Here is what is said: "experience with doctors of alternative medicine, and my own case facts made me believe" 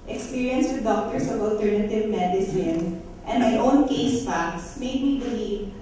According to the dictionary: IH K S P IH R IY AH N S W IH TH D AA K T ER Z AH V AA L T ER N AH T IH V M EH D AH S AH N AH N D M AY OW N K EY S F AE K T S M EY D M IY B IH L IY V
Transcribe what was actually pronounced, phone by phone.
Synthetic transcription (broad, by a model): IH K S P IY R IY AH N S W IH D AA K T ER S AH V AA L T ER N AH T IH V M EH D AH S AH N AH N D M AY OW N K EY S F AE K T S M EY D M IY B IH L IY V